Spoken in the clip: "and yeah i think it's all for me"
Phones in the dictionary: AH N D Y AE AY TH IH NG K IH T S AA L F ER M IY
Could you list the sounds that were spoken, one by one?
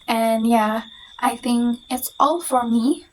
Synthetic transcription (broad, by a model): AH N Y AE AY TH IH NG K IH T S AA L F ER M IY